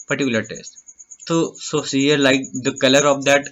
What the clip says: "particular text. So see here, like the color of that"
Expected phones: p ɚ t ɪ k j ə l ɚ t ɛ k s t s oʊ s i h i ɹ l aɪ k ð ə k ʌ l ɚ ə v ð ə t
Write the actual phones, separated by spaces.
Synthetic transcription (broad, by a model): p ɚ t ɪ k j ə l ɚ t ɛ s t s oʊ s i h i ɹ l aɪ k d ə k ʌ l ɚ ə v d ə t